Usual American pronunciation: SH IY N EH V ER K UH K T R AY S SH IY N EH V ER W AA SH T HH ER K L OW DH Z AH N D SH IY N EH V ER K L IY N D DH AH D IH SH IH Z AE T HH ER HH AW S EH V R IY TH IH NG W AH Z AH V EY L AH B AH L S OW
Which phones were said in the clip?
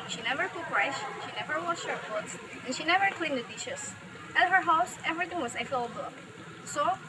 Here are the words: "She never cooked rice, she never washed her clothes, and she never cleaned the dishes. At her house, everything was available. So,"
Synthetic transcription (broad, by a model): SH IY N EH V ER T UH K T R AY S SH IY N EH V ER W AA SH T HH ER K OW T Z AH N SH IY N EH V ER K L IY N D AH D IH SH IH S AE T HH ER HH AW S EH V R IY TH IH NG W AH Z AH F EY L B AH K S OW